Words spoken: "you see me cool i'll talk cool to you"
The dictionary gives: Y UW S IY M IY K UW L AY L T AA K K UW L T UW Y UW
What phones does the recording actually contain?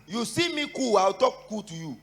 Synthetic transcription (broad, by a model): Y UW S IY M IY K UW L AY W T AA K K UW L T UW Y UW